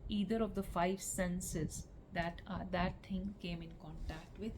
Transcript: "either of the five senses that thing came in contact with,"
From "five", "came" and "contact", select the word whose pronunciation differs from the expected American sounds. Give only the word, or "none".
none